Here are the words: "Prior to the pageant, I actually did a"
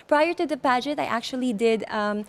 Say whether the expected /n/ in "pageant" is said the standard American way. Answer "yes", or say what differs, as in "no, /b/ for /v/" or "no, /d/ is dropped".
no, /n/ is dropped